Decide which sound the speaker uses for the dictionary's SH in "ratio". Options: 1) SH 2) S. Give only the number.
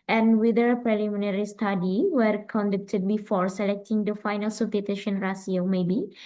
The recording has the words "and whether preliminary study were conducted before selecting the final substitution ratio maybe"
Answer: 2